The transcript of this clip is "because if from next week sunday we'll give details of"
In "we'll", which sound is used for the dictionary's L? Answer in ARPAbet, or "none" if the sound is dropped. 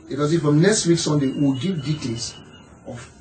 W